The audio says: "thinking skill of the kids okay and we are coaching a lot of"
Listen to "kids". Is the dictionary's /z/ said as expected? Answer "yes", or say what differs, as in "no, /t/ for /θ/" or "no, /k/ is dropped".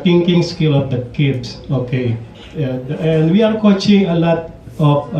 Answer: no, /s/ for /z/